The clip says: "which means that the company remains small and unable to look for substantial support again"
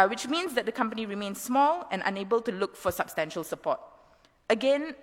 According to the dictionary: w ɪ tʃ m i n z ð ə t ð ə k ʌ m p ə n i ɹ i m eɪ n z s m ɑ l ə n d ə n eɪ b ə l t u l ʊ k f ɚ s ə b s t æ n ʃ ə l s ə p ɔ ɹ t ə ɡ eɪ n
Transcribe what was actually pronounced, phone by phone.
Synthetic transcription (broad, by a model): w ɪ tʃ m i n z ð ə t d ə k ʌ m p ə n i ɹ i m eɪ n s s m ɑ l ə n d ə n eɪ b ə l t u l ʊ k f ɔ s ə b s t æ n ʃ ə l s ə p ɔ t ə ɡ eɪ n